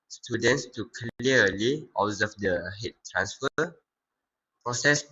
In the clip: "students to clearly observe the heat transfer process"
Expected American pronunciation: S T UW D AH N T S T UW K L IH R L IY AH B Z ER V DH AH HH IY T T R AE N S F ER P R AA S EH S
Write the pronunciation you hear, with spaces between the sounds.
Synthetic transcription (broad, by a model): S T UW D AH N T S T UW K L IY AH L IY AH Z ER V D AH HH IY T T R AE N S F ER P R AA S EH S